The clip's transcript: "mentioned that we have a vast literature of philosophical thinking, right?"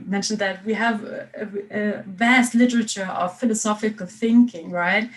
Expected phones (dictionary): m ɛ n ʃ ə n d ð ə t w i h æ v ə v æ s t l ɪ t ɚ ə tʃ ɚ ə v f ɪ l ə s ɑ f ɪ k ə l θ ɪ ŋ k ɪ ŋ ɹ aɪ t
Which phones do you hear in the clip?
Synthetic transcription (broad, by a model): m ɛ n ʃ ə n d ð ə t w i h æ v ə v æ s t l ɪ t ɚ ə tʃ ɚ ə v f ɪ l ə s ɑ f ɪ k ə l θ ɪ ŋ k ɪ ŋ ɹ aɪ t